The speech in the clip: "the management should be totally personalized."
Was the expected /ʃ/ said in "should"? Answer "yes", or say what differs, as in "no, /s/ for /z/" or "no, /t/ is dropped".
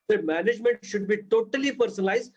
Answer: yes